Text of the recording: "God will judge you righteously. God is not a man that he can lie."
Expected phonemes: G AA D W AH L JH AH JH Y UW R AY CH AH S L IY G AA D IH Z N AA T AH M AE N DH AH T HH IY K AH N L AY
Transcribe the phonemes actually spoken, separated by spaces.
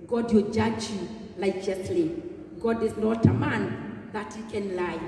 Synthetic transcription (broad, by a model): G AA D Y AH JH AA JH Y UW L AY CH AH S L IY G AA D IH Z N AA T AH M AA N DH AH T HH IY K AH N L AY